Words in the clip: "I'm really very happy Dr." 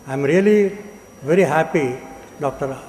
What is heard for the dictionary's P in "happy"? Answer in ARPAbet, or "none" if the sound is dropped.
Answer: P